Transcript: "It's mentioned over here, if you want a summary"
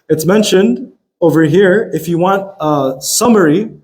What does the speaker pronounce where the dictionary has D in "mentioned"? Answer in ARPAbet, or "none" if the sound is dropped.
D